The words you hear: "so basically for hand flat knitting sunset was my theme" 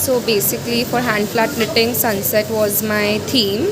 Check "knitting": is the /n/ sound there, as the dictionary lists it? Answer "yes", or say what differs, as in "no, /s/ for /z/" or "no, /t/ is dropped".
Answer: no, /l/ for /n/